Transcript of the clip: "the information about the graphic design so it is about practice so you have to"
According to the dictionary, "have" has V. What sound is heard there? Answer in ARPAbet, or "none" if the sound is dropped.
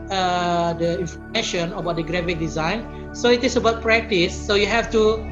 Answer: F